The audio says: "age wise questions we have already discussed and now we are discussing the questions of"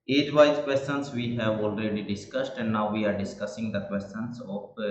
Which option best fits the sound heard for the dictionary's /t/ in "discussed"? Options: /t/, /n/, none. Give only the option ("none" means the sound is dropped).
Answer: /t/